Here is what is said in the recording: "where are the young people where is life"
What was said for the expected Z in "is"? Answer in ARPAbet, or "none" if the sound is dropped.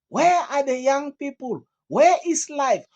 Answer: S